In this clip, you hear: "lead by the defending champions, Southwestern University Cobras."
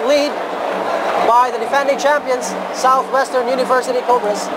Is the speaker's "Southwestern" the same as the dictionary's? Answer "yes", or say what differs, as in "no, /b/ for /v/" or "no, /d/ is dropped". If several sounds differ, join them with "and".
yes